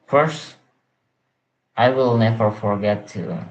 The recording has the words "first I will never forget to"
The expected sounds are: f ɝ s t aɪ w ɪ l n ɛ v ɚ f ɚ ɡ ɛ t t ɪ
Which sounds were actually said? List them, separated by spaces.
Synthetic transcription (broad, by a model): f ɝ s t aɪ w ɪ l n ɛ v ɚ f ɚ ɡ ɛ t t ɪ